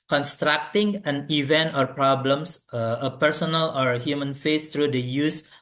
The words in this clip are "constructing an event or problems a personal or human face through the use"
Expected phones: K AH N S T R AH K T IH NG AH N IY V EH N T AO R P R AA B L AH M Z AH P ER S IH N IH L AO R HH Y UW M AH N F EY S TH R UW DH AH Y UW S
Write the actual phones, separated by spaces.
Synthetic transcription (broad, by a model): K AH N S T R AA K T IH NG AH N IY V EH N T AO R P R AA B L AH M S AH P ER S IH N IH L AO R HH Y UW M AH N F EY S T R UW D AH Y UW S